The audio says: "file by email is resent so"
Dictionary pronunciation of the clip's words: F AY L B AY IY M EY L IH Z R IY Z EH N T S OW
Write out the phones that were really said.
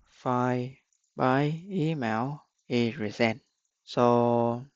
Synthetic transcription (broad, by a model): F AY B AY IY M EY W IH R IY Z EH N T S OW